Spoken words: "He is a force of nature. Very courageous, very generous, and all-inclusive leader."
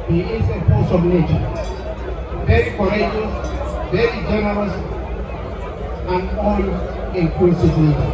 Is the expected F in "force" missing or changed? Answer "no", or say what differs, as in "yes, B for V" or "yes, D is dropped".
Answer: yes, P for F